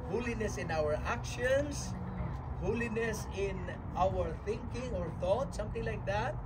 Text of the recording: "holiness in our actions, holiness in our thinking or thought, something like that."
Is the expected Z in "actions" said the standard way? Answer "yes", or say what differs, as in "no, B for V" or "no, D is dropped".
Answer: no, S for Z